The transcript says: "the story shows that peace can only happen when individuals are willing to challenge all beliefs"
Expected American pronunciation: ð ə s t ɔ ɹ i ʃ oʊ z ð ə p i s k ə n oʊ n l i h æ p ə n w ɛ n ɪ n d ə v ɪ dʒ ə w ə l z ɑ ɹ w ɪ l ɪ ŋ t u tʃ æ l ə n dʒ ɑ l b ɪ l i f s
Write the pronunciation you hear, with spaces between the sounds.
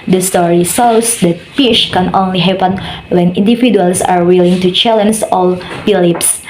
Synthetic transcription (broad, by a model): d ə s t ɔ ɹ i s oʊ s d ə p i ʃ k ə n oʊ n l i h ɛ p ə n w ɛ n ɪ n d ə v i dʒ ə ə l s ɑ ɹ w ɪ l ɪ ŋ t u tʃ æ l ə n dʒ ɑ l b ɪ l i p s